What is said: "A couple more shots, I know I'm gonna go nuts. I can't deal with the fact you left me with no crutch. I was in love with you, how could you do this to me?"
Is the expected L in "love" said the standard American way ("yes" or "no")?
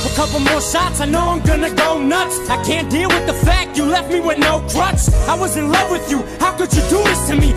yes